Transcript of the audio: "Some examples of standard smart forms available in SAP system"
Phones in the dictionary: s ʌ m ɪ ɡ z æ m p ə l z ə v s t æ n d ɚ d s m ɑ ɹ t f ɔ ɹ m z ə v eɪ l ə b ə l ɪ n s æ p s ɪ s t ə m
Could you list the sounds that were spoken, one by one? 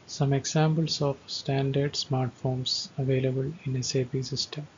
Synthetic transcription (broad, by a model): s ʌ m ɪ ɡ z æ m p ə l s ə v s t æ n d ɚ d s m ɑ ɹ t f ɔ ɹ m s ə v eɪ l ə b ə l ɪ n s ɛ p s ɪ s t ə m